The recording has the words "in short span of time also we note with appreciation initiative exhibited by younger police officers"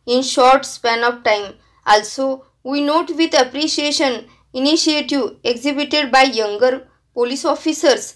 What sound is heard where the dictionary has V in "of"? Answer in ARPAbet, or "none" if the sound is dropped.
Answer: F